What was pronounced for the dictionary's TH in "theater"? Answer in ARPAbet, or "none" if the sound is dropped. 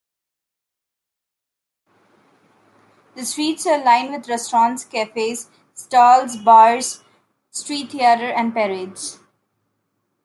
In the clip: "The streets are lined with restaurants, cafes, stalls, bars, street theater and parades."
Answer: T